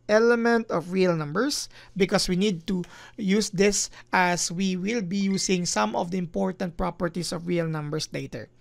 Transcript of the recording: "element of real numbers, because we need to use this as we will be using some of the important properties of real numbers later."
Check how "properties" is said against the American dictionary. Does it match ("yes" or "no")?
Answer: no